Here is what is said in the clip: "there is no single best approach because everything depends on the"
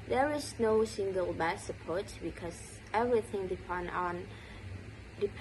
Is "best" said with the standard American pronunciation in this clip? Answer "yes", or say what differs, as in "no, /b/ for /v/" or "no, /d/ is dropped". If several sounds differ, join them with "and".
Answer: no, /t/ is dropped